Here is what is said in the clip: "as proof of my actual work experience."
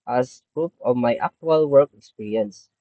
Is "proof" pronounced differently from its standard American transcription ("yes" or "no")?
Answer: yes